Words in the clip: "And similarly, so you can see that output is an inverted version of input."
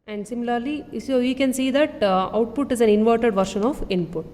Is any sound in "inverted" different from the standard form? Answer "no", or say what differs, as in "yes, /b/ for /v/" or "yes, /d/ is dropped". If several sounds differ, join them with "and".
no